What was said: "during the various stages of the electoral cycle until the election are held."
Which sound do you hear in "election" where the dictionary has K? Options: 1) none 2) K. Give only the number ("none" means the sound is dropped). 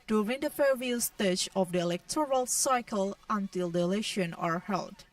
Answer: 1